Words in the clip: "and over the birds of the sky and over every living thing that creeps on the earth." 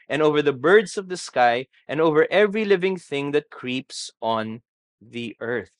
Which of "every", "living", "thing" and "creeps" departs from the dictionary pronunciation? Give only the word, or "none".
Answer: none